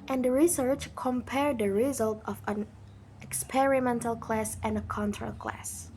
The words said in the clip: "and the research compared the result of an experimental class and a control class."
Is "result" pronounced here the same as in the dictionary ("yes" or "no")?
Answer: yes